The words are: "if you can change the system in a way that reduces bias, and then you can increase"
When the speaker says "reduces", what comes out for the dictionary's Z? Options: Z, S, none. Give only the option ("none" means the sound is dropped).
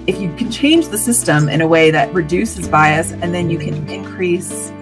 Z